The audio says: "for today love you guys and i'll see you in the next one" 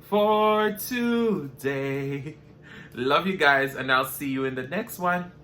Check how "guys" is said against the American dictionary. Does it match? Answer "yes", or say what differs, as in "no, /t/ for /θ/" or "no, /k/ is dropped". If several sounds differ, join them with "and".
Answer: yes